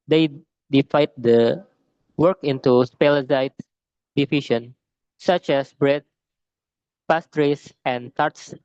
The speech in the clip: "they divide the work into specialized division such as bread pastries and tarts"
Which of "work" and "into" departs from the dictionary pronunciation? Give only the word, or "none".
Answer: none